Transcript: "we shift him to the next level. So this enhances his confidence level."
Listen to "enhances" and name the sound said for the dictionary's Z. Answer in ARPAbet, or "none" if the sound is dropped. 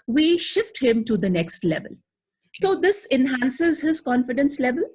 Z